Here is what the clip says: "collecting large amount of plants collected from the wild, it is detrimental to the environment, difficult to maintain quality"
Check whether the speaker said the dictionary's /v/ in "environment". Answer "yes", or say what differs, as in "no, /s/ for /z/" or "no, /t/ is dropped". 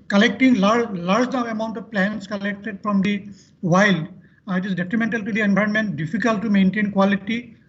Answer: no, /b/ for /v/